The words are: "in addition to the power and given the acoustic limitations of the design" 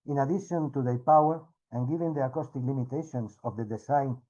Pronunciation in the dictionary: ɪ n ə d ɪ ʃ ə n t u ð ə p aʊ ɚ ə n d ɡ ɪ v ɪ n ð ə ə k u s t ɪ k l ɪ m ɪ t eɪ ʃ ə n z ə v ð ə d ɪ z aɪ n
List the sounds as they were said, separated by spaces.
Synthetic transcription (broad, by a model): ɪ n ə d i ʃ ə n t u ð ə p aʊ ɚ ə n ɡ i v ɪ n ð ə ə k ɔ s t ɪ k l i m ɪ t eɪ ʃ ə n s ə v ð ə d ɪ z aɪ n